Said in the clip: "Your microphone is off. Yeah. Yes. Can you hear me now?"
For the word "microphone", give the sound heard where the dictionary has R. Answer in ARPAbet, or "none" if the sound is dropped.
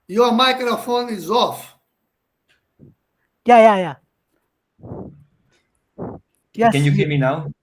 R